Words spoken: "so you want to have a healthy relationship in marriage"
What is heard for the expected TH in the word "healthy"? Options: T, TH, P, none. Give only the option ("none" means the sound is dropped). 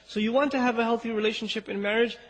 TH